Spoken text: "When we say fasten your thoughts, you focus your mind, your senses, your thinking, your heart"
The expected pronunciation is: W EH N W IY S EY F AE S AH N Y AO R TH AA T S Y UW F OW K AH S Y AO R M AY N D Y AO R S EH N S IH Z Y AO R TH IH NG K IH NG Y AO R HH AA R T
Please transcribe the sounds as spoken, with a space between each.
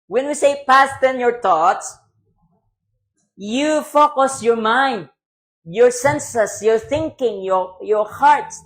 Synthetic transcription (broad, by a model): W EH N W IY S EY P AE S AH N Y AO R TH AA T S Y UW F OW K AH S Y AO R M AY N D Y AO R S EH N S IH S Y AO R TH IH NG K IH NG Y AO R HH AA R T